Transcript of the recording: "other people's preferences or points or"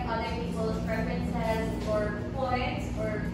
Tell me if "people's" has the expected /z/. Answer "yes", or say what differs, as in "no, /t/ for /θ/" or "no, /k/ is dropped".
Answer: no, /z/ is dropped